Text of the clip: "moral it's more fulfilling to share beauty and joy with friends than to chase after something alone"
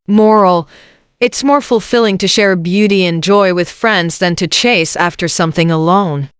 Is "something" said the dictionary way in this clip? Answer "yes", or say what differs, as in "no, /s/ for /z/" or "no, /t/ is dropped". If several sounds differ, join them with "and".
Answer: yes